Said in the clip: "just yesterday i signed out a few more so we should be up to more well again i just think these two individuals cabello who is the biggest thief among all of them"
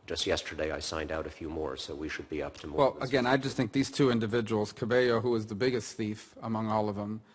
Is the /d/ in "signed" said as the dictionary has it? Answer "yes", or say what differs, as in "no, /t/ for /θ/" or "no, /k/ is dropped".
yes